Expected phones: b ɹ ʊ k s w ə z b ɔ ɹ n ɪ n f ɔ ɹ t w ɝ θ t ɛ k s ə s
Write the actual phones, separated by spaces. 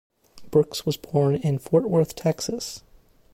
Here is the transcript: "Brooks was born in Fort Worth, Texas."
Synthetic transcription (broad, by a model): b ɹ ʊ k s w ə z b ɔ ɹ n ɪ n f ɔ ɹ t w ɝ θ t ɛ k s ə s